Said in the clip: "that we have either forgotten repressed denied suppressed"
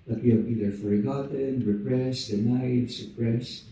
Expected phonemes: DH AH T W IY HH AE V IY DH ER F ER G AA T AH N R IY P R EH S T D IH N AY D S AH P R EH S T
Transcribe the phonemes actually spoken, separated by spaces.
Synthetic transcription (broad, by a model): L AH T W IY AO B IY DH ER F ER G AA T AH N R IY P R EH S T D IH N AY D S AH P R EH S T